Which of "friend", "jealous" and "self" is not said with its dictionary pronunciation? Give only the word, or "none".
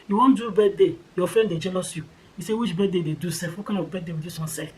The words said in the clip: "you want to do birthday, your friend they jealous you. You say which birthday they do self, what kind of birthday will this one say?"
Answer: self